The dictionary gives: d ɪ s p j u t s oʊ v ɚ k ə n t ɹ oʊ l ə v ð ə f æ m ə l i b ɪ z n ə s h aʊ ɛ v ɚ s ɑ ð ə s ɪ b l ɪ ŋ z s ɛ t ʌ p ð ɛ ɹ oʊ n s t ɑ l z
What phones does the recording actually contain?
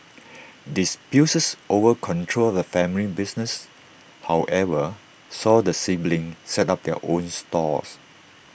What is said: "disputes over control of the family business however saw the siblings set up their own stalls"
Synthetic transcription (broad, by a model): d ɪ s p j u s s oʊ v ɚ k ə n t ɹ oʊ l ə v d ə f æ m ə l i b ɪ s n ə s h aʊ ɛ v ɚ s ɑ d ə s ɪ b l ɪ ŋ s ɛ t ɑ p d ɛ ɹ oʊ n s t ɑ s